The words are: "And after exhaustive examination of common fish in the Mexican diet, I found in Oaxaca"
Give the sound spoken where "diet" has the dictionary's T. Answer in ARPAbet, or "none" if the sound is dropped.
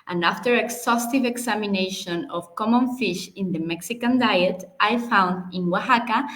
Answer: T